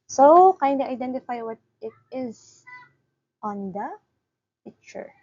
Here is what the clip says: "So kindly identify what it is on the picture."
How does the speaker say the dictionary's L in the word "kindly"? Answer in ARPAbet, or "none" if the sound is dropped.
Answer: none